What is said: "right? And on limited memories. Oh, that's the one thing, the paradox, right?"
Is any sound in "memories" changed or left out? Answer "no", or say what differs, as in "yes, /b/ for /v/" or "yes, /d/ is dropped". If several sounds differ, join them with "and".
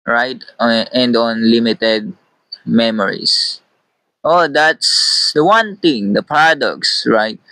yes, /s/ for /z/